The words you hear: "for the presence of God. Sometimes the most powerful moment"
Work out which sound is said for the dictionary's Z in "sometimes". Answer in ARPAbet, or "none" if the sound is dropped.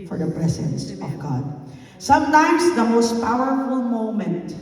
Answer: Z